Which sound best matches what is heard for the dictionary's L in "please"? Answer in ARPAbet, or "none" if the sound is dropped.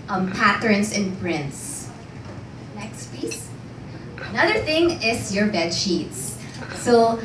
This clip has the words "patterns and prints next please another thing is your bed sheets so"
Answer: none